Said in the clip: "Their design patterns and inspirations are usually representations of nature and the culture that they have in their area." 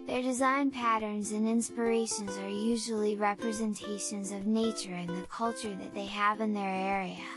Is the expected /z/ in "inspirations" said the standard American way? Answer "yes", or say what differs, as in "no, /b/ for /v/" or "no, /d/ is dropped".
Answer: yes